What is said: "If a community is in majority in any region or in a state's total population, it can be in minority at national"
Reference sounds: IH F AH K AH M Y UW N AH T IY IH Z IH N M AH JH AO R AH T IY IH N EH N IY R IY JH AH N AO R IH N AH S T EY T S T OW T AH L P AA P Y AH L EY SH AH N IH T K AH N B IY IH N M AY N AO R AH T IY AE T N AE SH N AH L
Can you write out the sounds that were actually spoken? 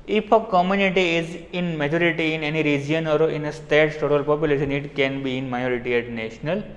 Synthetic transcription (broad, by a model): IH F AH K AH M Y UW N AH T IY IH Z IH N M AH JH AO R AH T IY IH N EH N IY R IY JH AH N AO R IH N AH S T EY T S T OW T AH L P AA P Y AH L EY SH AH N IH T K AH N B IY IH N M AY AO R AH T IY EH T N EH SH N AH L